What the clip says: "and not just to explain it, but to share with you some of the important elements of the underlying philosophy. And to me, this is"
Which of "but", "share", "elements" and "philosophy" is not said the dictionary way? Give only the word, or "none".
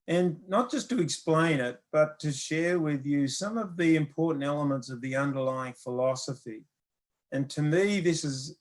none